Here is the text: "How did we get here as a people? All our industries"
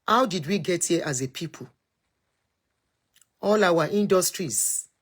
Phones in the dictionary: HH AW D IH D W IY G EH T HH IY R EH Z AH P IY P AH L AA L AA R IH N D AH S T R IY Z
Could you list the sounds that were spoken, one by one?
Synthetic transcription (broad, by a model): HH AW D IH D W IY G EH T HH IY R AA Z AH P IY P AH L AA W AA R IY N D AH S T R IY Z